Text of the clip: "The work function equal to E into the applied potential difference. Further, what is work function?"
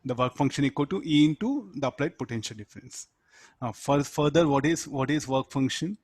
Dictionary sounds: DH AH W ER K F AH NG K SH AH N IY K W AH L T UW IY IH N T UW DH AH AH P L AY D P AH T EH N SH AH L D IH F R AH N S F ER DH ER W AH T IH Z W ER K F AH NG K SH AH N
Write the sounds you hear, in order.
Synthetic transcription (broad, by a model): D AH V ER K F AH NG K SH AH N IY K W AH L T UW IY IH N T UW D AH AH P L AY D P AH T EH N SH AH L D IH F R AH N S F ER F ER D AH T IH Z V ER K F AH NG K SH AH N